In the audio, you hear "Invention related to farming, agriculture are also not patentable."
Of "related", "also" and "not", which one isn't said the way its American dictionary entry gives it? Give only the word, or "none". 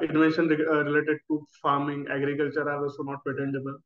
also